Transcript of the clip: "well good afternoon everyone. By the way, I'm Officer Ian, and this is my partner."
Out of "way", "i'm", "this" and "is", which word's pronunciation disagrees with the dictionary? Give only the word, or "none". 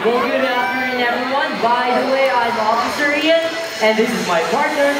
none